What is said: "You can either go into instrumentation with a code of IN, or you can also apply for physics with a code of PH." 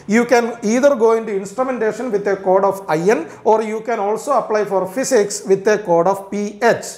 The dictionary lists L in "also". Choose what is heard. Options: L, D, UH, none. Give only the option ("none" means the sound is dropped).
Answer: L